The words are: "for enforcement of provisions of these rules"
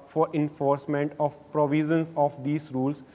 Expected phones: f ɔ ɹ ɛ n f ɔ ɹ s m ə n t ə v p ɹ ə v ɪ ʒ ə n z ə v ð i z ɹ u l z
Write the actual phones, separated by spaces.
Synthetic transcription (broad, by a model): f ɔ ɹ ɛ n f ɔ ɹ s m ə n t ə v p ɹ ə v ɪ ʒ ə n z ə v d i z ɹ u l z